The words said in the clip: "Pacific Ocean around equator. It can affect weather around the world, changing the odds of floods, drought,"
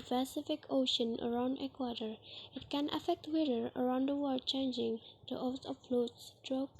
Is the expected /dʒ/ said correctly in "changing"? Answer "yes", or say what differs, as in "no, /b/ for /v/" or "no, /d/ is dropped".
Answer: yes